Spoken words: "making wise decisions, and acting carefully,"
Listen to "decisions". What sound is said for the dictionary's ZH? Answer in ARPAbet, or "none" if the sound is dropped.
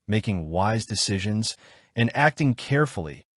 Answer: ZH